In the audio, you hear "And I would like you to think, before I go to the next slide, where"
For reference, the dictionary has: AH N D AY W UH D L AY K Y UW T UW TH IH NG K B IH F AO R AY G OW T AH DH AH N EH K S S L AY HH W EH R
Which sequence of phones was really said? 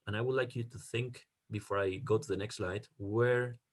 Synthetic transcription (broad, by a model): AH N AY W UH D L AY K Y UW T UW TH IH NG K B IH F AO R AY G OW T DH AH N EH K S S L AY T W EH R